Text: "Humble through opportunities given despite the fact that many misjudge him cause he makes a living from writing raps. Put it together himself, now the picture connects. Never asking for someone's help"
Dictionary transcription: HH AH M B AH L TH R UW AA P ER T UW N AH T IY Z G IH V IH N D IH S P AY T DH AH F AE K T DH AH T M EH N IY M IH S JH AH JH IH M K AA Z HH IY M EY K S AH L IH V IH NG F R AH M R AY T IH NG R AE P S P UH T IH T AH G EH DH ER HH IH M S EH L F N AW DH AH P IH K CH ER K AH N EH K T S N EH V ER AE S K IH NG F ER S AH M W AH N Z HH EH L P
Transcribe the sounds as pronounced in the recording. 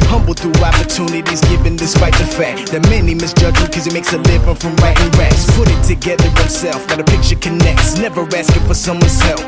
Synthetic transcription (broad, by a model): HH AH M B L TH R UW AA P ER T UW N AH T IY Z G IH V IH N D IH S P AY T DH AH F AE K T DH AH T M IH N IY M IH S JH AH JH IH K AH Z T M EY K S AH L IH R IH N F R AH M R AY T IH NG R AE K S P UH T IH T AH G EH DH ER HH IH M S EH L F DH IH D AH P IH K CH ER K AH N EH K T S N EH V ER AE S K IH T F ER S AH M W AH N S EH L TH